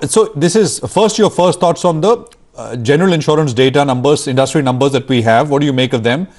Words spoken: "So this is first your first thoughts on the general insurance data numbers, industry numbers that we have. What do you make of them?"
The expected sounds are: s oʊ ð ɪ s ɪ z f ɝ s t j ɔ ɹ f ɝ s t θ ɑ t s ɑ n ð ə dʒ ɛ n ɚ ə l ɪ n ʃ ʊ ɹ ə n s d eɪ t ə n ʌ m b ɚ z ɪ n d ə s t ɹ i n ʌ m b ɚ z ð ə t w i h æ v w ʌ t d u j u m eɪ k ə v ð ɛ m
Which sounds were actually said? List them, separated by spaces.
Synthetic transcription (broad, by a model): s oʊ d ɪ s ɪ z f ɝ s t j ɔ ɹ f ɝ s t t ɑ t s ɑ n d ə dʒ ɛ n ɚ ə l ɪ n ʃ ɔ ɹ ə n s d eɪ t ə n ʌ m b ɚ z ɪ n d ə s t ɹ i n ʌ m b ɚ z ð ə t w i h æ v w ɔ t d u j u m eɪ k ə v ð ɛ m